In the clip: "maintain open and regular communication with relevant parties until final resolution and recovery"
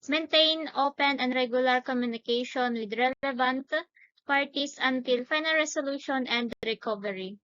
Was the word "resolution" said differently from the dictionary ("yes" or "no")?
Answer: yes